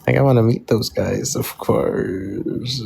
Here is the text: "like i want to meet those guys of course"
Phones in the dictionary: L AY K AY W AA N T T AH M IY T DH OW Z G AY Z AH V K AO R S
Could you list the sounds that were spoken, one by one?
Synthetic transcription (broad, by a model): L AY K AY W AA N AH M IY T DH OW Z G AY Z AH V K AO R S